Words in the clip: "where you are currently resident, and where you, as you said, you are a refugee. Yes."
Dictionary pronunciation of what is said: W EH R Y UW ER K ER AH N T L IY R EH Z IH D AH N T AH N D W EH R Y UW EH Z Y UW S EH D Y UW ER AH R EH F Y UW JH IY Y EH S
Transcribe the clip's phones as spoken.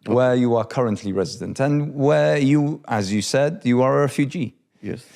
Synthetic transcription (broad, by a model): W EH Y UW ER K ER AH N T L IY R EH Z IH D AH N T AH N W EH Y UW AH Z Y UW S EH D Y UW ER AH R EH F Y UW JH IY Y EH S